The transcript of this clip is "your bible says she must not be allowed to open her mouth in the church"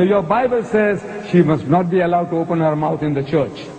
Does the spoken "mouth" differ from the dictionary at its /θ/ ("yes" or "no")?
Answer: yes